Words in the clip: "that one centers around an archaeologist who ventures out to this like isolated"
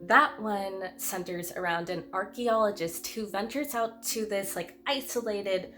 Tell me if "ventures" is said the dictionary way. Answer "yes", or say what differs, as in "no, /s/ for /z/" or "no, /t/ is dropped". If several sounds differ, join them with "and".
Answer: yes